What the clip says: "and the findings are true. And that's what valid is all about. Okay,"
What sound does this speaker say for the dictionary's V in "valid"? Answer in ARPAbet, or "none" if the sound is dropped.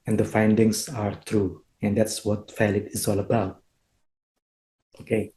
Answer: F